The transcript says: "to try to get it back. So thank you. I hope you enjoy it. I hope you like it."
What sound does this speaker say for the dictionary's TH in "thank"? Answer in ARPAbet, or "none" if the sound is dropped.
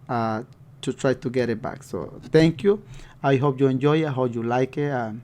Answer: T